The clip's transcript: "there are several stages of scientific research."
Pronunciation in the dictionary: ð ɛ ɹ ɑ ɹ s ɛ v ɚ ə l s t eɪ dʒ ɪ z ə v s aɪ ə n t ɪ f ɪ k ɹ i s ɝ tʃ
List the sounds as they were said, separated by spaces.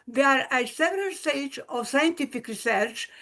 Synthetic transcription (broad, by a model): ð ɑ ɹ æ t s ɛ v ɚ ə l s t eɪ ɪ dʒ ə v s aɪ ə n t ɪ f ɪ k ɹ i s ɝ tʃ